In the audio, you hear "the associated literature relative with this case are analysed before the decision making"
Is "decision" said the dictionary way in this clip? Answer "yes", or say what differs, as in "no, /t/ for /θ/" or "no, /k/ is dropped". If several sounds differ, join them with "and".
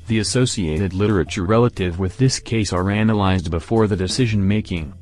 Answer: yes